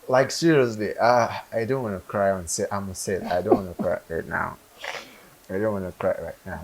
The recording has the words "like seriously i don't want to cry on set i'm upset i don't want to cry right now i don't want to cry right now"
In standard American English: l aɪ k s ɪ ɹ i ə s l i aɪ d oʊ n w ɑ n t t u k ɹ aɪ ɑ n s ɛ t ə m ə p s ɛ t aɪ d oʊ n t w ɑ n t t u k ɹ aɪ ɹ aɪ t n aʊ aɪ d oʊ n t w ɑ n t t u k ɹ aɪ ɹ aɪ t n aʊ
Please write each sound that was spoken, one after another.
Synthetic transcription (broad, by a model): l aɪ k s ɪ ɹ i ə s l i aɪ d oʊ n w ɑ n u k ɹ aɪ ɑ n s ɛ t ə m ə s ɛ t aɪ d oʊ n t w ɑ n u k ɹ aɪ ɹ aɪ t n aʊ aɪ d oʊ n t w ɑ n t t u k ɹ aɪ ɹ aɪ t n aʊ